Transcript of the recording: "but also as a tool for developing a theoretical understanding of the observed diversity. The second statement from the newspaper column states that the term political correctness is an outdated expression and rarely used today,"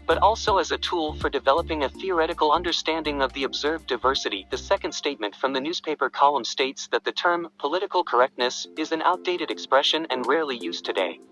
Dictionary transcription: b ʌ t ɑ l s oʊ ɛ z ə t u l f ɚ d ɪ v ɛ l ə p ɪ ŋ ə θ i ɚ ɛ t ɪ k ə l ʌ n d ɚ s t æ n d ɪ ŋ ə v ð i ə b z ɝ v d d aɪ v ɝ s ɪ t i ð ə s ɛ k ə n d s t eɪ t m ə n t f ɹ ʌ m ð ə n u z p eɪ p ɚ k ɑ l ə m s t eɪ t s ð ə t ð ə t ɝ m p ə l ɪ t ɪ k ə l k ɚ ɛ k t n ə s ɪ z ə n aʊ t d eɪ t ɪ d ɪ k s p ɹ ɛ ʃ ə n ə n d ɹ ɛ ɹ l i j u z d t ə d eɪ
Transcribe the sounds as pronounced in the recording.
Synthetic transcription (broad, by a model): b ʌ t ɑ l s oʊ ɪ z ə t u l f ɚ d ɪ v ɛ l ə p ɪ ŋ ə θ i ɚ ɛ t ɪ k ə l ʌ n d ɚ s t æ n d ɪ ŋ ə v ð i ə b z ɝ v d d aɪ v ɝ s ɪ t i ð ə s ɛ k ə n d s t eɪ t m ə n t f ɹ ʌ m ð ə n u z p eɪ p ɚ k ɑ l ə m s t eɪ t s ð ə t ð ə t ɝ m p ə l ɪ t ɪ k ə l k ɚ ɛ k t n ə s ɪ z ə n aʊ t d eɪ t ɪ d ɪ k s p ɹ ɛ ʃ ə n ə n ɹ ɛ ɹ l i j u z t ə d eɪ